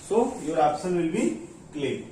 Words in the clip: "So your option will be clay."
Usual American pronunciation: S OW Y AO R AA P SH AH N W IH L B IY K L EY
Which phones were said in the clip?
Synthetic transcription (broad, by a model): S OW Y AO R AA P S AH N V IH L B IY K L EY